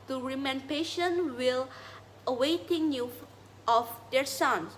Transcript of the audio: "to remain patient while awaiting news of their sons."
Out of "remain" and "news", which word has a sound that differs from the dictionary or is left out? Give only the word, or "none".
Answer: news